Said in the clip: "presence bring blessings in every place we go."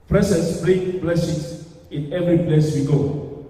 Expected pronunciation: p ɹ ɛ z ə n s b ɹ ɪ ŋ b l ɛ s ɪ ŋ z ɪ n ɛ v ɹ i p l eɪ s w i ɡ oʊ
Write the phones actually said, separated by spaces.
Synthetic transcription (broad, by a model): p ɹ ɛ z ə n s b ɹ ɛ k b l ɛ s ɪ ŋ s ɪ n ɛ v ɹ i p l eɪ s w i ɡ oʊ